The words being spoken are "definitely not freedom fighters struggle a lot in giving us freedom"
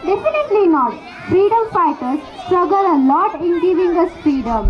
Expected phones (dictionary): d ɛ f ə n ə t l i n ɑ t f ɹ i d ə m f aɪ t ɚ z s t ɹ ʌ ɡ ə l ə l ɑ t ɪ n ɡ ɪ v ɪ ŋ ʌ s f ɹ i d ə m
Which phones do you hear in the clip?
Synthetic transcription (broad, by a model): d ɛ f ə n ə t l i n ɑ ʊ f ɹ i d ə m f aɪ t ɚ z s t ɹ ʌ ɡ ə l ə n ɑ t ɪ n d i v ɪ ŋ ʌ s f ɹ i d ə m